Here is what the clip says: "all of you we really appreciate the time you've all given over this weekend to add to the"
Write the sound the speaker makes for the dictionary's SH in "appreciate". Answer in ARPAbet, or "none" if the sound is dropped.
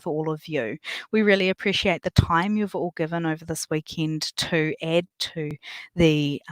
SH